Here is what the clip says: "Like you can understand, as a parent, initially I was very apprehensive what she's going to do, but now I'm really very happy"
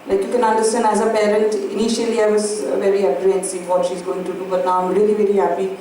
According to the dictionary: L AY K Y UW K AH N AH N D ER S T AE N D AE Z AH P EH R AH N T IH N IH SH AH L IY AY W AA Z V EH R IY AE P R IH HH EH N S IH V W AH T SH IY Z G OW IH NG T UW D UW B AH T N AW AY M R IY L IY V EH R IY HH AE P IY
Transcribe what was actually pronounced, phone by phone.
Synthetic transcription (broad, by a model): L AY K Y UW K AH N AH N D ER S T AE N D AE Z AH P EH R AH N T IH N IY SH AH L IY AY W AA Z V EH R IY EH R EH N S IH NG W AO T SH IY Z G OW IH NG T UW D UW B AH T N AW AY M R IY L IY V EH R IY HH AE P IY